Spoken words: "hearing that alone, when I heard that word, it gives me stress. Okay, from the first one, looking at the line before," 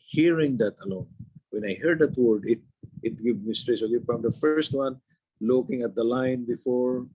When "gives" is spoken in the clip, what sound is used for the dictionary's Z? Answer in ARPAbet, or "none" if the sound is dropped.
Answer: none